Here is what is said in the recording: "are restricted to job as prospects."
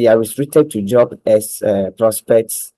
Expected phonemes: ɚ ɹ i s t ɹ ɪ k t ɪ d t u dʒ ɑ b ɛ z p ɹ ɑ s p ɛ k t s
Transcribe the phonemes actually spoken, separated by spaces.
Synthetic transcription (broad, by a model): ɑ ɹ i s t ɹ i t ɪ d t u dʒ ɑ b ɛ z p ɹ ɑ s p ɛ k t s